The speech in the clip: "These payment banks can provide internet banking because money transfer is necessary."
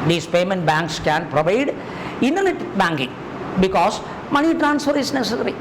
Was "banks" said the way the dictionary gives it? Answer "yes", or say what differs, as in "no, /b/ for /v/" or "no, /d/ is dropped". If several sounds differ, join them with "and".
yes